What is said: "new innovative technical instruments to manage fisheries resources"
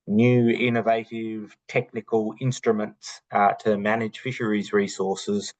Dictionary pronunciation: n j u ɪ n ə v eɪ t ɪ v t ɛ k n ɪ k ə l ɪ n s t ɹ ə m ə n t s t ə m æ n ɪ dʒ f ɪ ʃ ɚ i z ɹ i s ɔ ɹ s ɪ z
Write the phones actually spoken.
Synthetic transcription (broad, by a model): n j u ɪ n ə v eɪ t ɪ v t ɛ k n ɪ k ə l ɪ n s t ɹ ə m ə n t s t ə m æ n ɪ dʒ f ɪ ʃ ɚ i z ɹ i s ɔ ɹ s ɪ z